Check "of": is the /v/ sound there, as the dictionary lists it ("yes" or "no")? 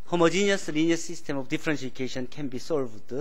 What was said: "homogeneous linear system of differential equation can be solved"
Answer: no